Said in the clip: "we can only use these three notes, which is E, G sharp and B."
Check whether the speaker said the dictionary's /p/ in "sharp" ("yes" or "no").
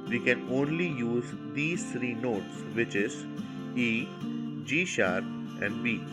no